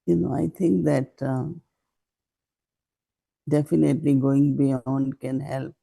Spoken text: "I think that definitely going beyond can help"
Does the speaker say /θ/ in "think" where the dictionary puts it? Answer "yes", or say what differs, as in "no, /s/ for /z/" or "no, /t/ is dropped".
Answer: no, /t/ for /θ/